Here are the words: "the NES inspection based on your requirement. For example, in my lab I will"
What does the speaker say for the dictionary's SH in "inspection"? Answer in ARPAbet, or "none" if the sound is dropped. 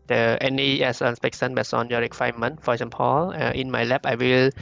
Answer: S